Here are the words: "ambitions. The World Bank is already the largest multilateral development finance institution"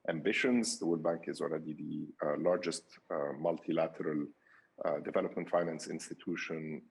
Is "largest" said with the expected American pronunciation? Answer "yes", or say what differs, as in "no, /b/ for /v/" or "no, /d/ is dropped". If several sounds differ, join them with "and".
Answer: yes